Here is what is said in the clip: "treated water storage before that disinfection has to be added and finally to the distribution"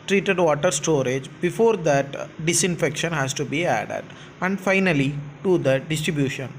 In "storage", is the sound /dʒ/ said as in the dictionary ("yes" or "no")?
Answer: yes